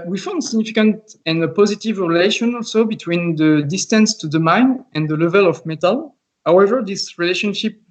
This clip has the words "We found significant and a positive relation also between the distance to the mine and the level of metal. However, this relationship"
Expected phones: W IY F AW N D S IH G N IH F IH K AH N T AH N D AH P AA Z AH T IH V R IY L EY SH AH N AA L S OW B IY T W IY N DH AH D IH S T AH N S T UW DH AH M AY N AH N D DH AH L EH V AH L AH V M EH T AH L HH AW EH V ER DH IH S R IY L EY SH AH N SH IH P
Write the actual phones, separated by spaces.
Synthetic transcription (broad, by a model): W IY F AW N D S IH G N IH F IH K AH N T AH N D AH P AA Z AH T IH V R IY L EY SH AH N AA L S OW B IY T W IY N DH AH D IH S T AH N S T UW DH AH M AY N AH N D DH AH L EH V AH L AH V M EH T AH L HH AW EH V ER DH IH S R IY L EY SH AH N SH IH P